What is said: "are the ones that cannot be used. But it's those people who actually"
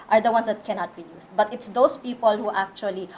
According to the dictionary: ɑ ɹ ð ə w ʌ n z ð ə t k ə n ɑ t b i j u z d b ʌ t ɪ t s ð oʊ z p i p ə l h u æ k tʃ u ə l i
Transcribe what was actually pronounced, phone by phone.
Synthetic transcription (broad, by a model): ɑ ɹ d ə w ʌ n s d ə t k ə n ɑ t b i j u s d b ʌ t ɪ t s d oʊ s p i p ə l h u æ k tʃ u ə l i